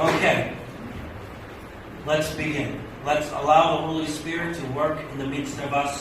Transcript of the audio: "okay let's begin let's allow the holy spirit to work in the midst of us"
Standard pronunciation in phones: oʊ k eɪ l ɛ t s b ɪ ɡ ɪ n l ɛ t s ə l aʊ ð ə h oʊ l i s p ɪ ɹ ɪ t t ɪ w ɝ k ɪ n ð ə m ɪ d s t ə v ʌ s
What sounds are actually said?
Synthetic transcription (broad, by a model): oʊ k eɪ l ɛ t s b ɪ ɡ ɪ n l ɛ t s ə l aʊ ð ə h oʊ l i s p ɪ ɹ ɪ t t ɪ w ɝ k ɪ n ð ə m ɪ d s t ə v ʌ s